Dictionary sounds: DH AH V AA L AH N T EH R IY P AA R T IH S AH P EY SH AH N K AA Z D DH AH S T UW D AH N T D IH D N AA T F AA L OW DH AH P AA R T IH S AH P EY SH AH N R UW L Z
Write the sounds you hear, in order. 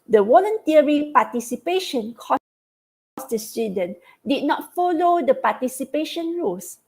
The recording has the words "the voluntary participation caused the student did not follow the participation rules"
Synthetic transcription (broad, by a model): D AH W AA L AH N T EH R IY P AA T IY S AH P EY SH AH N K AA S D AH S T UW D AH N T D IH D N AA T F AA L OW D AH P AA T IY S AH P EY SH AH N R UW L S